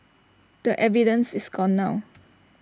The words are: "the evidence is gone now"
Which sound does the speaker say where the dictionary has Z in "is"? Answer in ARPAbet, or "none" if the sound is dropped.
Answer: S